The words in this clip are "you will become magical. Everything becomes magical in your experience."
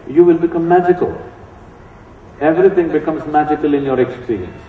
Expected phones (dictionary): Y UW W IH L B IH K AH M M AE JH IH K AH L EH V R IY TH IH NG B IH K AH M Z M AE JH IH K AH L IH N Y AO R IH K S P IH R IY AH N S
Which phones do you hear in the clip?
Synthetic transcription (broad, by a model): Y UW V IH L B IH K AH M M AE JH IH K AH L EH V R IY T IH NG B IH K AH M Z M AE JH IH K AH L IH N Y AO R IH K S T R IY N